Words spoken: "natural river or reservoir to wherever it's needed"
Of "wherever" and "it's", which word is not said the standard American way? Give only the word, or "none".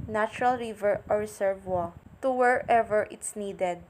none